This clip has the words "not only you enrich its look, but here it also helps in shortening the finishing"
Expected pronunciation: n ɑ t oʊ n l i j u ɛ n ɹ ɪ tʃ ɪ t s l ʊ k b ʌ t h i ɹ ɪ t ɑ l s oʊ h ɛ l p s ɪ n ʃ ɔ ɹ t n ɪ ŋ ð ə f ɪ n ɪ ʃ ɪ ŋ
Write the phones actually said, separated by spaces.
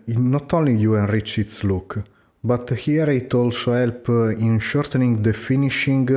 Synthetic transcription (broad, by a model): n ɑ t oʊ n l i j u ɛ n ɹ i tʃ ɪ t s l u k b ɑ t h i ɹ ɪ t ɑ l s oʊ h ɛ l p ɪ n ʃ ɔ ɹ t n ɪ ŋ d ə f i n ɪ ʃ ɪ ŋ